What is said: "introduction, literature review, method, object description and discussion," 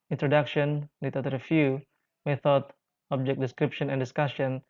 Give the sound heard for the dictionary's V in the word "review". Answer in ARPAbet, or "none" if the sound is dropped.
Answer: F